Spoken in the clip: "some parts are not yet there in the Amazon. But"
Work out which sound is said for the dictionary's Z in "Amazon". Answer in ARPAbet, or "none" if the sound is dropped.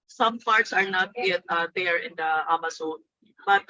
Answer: S